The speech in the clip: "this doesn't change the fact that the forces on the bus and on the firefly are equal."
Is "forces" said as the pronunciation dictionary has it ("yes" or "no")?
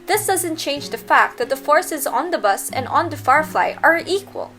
yes